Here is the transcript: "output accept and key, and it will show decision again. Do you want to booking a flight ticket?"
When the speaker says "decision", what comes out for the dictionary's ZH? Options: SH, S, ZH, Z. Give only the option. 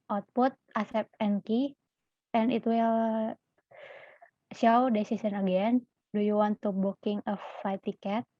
S